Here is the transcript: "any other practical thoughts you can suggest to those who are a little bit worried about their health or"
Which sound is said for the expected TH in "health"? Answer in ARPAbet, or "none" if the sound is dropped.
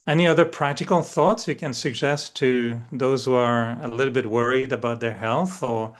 TH